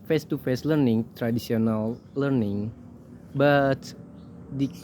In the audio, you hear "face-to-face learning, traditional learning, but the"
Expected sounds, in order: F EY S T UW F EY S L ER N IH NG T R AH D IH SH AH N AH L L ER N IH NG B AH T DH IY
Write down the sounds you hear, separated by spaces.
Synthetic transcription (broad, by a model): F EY S T UW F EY S L ER N IH NG T R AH D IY S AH N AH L L ER N IH NG B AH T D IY